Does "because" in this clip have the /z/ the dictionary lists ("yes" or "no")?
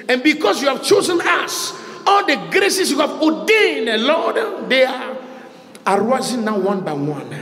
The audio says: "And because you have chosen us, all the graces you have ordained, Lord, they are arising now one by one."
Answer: no